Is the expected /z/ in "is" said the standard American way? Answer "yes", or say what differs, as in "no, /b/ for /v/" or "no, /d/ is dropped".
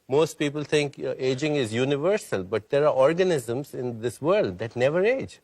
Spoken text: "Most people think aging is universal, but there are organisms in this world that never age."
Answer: yes